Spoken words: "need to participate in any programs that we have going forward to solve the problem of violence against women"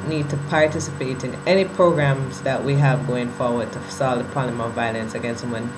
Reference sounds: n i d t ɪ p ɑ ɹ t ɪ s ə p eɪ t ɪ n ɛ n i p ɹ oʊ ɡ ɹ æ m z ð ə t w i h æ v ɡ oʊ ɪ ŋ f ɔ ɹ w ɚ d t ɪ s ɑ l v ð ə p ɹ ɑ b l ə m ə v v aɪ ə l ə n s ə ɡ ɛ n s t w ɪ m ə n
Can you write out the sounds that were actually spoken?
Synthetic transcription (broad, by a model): n i d t ɪ p ɑ ɹ t ɪ s ə p eɪ t ɪ n ɛ n i p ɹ oʊ ɡ ɹ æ m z ð ə t w i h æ v ɡ oʊ ɪ ŋ f ɔ ɹ w ɚ d t ɪ s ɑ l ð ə p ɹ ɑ l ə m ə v v aɪ ə l ə n s ə ɡ ɛ n s t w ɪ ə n